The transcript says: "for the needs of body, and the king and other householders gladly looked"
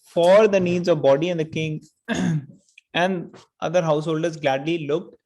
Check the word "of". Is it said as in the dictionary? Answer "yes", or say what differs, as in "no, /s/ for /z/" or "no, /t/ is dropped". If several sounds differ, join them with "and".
yes